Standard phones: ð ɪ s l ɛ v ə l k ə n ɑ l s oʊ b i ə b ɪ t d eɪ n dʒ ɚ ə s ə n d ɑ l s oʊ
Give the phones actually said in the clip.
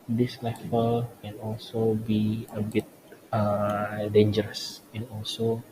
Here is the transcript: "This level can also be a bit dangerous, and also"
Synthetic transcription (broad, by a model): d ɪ s l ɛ f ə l k ə n ɑ l s oʊ b i ə b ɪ t d eɪ n dʒ ɚ ə s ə n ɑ l s oʊ